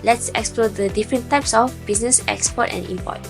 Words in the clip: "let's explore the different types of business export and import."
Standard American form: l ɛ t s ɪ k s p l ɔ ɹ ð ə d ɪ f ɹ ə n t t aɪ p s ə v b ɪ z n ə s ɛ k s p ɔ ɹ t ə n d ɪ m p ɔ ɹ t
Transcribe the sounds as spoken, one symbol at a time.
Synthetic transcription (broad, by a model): l ɛ t s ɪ k s p l ɔ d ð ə d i f ɹ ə n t t aɪ p s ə f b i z n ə s ɛ k s p ɔ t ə n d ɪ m p ɔ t